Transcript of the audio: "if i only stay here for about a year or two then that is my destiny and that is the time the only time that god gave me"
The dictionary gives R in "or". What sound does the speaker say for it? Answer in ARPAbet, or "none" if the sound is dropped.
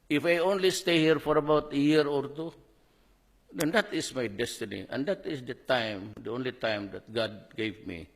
R